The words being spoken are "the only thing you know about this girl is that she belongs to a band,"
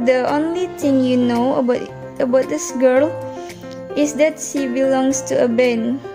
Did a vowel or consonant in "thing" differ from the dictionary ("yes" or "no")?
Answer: yes